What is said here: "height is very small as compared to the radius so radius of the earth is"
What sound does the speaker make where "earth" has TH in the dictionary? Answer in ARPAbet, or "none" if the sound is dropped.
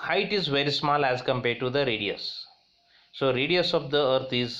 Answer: T